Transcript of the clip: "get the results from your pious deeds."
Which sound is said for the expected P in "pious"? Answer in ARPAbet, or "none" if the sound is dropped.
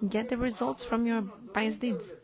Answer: B